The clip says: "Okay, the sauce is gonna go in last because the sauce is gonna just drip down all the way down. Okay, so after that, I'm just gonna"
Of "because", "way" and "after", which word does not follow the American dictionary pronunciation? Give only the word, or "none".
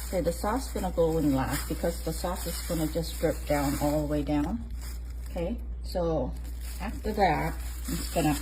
none